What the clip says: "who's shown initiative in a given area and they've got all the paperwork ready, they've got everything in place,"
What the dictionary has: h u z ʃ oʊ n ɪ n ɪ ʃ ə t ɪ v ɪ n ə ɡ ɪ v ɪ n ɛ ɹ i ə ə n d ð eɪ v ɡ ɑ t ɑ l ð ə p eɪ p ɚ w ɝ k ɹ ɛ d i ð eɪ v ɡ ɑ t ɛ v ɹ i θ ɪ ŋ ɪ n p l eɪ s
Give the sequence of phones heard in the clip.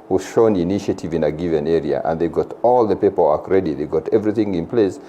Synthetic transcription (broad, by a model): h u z ʃ oʊ n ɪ n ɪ ʃ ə t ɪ v ɪ n ə ɡ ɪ v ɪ n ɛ ɹ i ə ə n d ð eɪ ɡ ɑ t ɑ l ð ə p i p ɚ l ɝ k ɹ ɛ d i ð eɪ ɡ ɑ t ɛ v ɹ i θ ɪ ŋ ɪ n p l eɪ s